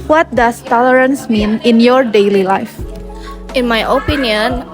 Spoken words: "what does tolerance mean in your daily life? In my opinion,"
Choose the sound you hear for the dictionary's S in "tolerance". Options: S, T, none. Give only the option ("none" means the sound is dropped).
S